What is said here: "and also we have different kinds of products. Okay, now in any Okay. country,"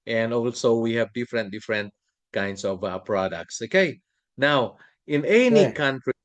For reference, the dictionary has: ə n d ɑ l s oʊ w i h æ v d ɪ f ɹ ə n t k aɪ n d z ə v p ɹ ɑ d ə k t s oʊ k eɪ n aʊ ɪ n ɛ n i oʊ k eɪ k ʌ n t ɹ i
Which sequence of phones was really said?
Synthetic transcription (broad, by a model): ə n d ɑ l s oʊ w i h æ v d ɪ f ɹ ə n t k aɪ n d s ə v p ɹ ɑ d ə k t s oʊ k eɪ n aʊ ɪ n ɛ n i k k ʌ n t ɹ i